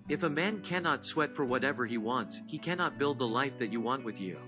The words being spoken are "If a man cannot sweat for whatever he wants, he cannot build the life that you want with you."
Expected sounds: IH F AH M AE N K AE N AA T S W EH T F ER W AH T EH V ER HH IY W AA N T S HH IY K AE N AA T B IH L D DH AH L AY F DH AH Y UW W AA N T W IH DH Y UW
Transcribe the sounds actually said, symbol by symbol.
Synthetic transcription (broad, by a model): IH F AH M AE N K AE N AA T S W EH T F ER W AH T EH V ER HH IY W AA N T S HH IY K AE N AA T B IH L D DH AH L AY F DH AH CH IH W AA N T W IH DH Y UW